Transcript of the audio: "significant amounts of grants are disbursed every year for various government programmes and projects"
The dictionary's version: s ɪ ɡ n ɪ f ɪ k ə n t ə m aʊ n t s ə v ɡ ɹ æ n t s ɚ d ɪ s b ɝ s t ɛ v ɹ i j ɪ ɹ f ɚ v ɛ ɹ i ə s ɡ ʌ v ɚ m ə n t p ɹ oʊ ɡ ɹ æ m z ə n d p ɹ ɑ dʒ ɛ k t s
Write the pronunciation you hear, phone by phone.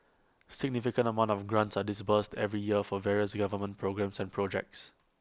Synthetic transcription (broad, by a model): s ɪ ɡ n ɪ f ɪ k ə n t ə m aʊ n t ə f ɡ ɹ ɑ n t s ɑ d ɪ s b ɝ s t ɛ v ɹ i j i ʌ f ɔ v ɛ ɹ i ə s ɡ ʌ v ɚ m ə n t p ɹ oʊ ɡ ɹ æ m s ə n p ɹ ɑ dʒ ɛ k t s